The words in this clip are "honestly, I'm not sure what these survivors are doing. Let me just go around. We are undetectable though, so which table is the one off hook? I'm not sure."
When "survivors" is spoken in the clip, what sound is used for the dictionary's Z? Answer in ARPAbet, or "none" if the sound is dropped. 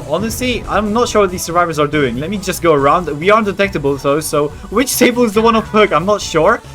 Z